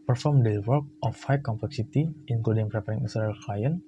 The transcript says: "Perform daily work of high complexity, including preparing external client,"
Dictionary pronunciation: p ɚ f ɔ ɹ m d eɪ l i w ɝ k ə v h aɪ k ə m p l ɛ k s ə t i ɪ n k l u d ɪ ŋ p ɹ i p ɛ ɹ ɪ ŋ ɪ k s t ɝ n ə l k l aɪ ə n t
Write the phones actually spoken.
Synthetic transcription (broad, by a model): p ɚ f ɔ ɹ m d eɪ w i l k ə f h aɪ k ə m p l ɛ k s ə t i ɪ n k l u d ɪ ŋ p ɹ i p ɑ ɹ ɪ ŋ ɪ s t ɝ ə l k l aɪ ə n